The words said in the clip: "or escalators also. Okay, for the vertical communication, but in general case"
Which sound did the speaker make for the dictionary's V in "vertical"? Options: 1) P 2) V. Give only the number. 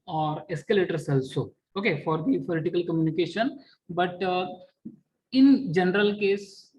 1